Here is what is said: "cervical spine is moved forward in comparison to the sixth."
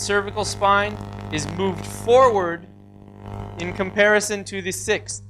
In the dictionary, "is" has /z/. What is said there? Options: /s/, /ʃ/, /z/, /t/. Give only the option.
/z/